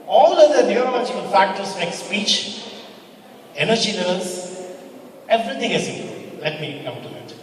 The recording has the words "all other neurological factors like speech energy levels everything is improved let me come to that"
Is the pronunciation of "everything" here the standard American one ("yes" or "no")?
no